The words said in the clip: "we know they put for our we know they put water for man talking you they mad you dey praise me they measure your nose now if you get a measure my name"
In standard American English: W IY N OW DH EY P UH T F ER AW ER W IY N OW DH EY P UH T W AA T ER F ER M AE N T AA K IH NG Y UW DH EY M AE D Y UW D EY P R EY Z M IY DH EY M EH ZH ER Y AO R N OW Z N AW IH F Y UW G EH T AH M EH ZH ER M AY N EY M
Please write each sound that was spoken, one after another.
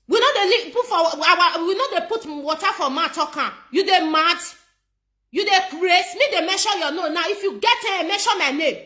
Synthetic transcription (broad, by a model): W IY N OW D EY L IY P F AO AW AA W IY N OW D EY P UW T W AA T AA F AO M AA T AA K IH Y UW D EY M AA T Y UW D EY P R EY S M IY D EY M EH SH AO Y AO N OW N AW IH F Y UW G EH T AH M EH SH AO M AY N EY M